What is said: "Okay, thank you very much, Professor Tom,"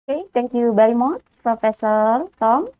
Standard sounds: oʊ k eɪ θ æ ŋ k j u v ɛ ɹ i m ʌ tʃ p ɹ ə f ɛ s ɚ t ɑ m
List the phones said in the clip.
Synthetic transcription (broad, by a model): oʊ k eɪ t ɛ ŋ k j u b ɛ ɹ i m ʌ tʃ p ɹ ə f ɛ s ɚ t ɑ m